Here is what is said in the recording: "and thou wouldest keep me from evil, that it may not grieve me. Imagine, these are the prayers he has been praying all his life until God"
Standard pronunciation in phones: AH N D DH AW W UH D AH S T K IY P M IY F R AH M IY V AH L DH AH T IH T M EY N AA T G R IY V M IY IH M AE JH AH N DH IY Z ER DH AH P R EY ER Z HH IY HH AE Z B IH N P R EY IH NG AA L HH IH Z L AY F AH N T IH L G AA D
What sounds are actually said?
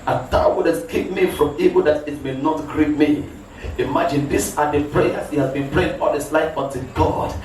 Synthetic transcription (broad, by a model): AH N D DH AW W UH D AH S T K IY P M IY F R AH M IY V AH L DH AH T IH T M EY N AA T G R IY P M IY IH M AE JH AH N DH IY S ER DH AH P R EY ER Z HH IY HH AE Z B IH N P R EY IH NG AA L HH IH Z L AY F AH N T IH G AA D